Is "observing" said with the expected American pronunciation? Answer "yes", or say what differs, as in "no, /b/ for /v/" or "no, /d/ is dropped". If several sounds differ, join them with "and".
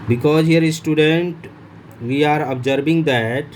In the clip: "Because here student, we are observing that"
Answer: no, /b/ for /v/